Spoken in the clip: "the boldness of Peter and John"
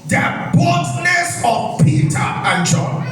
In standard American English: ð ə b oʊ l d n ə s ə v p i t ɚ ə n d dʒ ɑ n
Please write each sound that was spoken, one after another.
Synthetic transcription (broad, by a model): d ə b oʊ d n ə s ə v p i t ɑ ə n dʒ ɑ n